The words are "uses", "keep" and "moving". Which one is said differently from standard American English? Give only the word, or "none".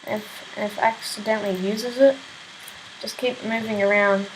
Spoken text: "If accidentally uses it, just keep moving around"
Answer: none